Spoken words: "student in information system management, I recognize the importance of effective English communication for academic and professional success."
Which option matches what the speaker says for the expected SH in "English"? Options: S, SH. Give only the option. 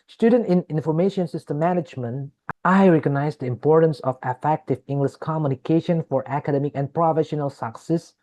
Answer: S